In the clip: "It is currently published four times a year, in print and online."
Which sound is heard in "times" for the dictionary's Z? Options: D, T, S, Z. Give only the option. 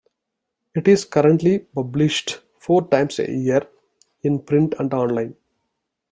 S